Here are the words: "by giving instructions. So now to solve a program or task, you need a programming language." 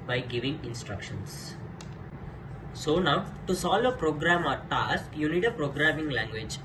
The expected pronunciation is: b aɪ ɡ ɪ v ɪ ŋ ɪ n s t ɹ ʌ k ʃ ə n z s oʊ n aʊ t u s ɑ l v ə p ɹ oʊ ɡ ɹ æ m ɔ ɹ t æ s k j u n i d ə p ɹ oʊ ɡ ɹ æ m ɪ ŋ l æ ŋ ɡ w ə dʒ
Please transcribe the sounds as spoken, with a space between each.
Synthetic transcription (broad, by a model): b aɪ ɡ ɪ v ɪ ŋ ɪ n s t ɹ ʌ k ʃ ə n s s oʊ n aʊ t u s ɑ l ə p ɹ oʊ ɡ ɹ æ m ɔ ɹ t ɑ s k j u n i d ə p ɹ oʊ ɡ ɹ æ m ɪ ŋ l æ ŋ ɡ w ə dʒ